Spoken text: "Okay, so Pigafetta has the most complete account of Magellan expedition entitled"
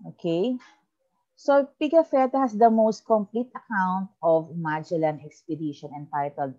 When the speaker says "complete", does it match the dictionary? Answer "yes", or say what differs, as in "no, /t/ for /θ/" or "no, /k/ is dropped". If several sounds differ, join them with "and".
yes